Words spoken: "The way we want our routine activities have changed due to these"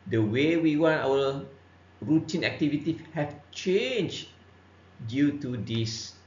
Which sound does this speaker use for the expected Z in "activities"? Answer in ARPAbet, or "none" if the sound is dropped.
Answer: none